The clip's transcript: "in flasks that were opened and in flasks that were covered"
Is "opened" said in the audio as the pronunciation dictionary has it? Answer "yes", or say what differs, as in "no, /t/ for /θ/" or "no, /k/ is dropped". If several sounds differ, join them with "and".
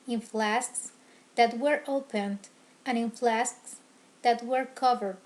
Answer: yes